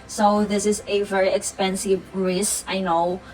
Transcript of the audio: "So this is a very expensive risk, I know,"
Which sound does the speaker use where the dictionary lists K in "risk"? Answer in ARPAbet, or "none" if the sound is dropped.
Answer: none